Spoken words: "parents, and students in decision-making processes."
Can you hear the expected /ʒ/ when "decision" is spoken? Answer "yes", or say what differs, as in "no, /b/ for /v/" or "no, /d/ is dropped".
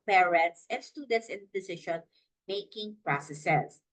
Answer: no, /ʃ/ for /ʒ/